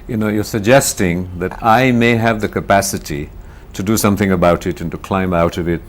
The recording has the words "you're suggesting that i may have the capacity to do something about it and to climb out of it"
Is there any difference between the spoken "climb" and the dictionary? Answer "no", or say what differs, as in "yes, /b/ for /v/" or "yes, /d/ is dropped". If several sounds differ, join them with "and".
no